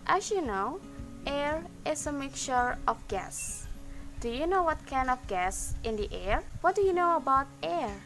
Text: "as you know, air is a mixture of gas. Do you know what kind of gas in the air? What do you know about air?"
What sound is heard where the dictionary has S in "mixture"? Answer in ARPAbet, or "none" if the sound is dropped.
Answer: none